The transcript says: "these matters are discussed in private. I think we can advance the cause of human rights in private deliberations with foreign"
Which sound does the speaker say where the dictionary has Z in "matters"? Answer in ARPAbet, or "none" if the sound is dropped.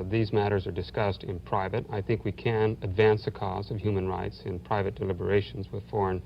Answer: Z